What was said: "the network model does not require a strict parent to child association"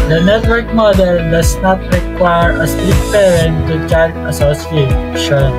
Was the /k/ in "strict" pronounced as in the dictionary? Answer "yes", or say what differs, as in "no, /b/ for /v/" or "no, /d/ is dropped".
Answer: no, /k/ is dropped